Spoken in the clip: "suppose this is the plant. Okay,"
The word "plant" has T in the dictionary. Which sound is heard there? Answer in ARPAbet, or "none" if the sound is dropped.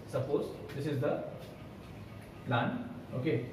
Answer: none